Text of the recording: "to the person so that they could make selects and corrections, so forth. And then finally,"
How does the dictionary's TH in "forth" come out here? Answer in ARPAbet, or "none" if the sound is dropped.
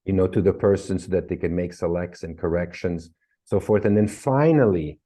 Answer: TH